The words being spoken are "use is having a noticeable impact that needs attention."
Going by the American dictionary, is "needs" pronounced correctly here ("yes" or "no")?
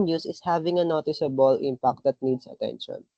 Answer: no